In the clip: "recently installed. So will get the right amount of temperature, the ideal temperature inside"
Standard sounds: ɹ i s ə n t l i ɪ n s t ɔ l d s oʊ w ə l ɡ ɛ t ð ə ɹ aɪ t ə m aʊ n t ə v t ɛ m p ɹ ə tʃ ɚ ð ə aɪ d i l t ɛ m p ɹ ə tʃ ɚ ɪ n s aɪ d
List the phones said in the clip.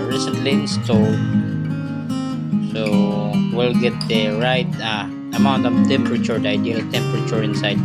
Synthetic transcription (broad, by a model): ɹ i s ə n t l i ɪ s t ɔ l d s oʊ w ə l ɡ ɛ t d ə ɹ aɪ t ə m aʊ n t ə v t ɛ m p ɹ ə tʃ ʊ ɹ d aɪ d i l t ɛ m p ɹ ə tʃ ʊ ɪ n s aɪ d